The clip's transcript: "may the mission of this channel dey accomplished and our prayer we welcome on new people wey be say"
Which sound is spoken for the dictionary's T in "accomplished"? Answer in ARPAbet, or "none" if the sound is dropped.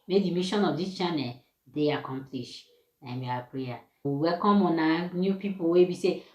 none